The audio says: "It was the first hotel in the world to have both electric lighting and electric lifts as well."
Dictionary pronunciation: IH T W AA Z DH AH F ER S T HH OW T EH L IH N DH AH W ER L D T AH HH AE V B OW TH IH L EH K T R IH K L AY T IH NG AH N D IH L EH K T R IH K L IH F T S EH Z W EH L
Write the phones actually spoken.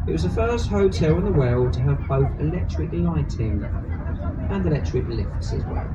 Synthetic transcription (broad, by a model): IH T W AA Z DH AH F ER S T HH OW T EH L IH N DH AH W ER L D T AH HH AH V B OW TH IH L EH K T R IH K L AY T IH NG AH N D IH L EH K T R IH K L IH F S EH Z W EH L